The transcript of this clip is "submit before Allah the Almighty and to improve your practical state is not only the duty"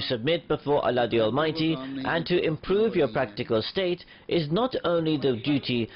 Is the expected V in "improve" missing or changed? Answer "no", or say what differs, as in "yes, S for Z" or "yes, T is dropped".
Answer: no